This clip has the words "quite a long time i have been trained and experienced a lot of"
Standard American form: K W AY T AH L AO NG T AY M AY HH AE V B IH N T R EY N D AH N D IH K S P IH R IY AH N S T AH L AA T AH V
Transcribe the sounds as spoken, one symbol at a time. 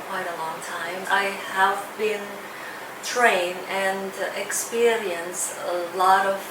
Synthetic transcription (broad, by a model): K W AY T AH L AO NG T AY M AY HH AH V B IH N T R EY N AH N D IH K S P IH R IY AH N S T AH L AA T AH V